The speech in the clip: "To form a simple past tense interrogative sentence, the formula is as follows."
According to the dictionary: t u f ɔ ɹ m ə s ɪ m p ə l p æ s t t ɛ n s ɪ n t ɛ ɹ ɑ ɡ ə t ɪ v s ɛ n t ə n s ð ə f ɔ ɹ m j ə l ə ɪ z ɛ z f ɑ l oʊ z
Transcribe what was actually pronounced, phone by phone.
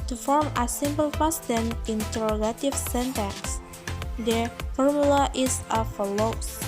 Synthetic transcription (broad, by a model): t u f ɔ ɹ m ə s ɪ m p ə l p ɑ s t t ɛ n ɪ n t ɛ ɹ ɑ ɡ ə t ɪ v s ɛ n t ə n s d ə f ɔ ɹ m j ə l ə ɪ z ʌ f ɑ l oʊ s